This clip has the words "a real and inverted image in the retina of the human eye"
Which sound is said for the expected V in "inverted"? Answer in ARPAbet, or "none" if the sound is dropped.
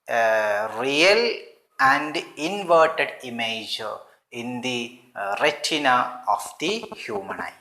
V